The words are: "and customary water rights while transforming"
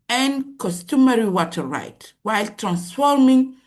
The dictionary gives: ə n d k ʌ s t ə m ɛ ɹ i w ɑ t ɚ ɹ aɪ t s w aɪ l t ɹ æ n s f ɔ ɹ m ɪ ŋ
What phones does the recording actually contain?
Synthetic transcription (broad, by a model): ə n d k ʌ s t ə m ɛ ɹ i w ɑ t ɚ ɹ aɪ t w aɪ l t ɹ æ n s f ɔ ɹ m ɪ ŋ